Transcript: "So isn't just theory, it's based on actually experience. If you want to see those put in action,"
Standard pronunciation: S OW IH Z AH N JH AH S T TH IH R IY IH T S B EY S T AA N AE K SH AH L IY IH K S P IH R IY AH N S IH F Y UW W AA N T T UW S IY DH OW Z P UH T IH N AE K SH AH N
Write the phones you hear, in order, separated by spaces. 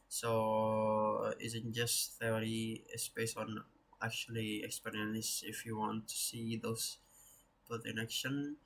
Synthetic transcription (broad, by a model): S OW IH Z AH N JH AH S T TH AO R IY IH S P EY S AA N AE K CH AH L IY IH K S P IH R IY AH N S IH F Y UW W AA N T T UW S IY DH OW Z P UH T IH N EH K SH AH N